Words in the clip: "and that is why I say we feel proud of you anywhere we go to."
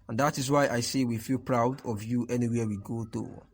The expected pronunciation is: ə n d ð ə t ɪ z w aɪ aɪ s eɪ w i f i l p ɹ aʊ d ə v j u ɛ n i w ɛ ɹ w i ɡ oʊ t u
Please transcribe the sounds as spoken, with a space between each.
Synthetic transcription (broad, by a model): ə n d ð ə t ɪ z w aɪ aɪ s eɪ w i f i l p ɹ aʊ d ə v j u ɛ n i w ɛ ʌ w i ɡ oʊ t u